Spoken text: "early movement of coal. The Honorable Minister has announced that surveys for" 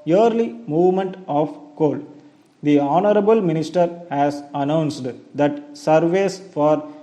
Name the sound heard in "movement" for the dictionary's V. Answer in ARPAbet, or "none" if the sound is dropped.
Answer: V